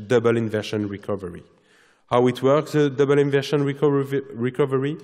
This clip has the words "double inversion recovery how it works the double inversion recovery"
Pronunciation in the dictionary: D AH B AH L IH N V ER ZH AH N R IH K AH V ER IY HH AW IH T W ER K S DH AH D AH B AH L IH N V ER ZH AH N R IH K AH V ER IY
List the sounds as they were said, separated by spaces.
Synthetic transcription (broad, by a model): D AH B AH L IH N V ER SH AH N R IH K AH V ER IY HH AW IH T W ER K S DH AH D AH B AH L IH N V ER SH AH N R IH K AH V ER IY